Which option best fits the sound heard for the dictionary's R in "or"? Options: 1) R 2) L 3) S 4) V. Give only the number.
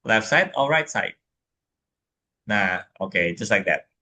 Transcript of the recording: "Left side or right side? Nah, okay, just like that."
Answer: 2